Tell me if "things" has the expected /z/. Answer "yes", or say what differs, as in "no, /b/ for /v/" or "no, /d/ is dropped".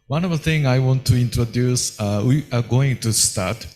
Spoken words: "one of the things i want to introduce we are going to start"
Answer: no, /z/ is dropped